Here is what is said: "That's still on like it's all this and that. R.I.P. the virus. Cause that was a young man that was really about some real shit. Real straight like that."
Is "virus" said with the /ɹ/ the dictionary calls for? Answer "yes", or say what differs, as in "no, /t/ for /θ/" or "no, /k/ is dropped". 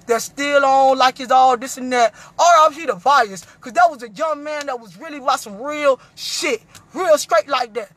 no, /ɹ/ is dropped